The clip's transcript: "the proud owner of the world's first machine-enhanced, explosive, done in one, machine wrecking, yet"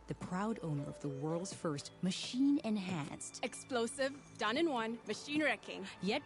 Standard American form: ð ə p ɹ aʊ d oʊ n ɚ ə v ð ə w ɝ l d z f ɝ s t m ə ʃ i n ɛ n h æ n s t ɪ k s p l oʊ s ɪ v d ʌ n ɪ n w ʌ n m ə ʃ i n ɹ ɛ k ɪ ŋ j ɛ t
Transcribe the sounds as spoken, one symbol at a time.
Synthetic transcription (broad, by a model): ð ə p ɹ aʊ d oʊ n ɚ ə v ð ə w ɝ l d z f ɝ s t m ə ʃ i n ɛ n h æ n s t ɪ k s p l oʊ s ɪ v d ʌ n ɪ n w ʌ n m ə ʃ i n ɹ ɛ k ɪ ŋ j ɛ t